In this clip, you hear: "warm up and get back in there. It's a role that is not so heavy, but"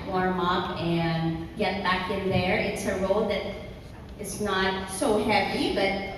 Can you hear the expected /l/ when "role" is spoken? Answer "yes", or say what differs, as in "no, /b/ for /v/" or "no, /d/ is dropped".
yes